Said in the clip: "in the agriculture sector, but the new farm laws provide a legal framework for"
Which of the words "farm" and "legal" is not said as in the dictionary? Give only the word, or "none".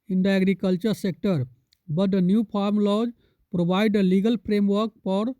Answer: farm